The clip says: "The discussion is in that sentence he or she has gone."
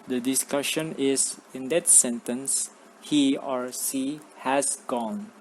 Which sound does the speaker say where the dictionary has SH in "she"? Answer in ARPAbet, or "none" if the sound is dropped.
S